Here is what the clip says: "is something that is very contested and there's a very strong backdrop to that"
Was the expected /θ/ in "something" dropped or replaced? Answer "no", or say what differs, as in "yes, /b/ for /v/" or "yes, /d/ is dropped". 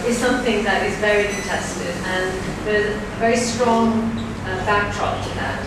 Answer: no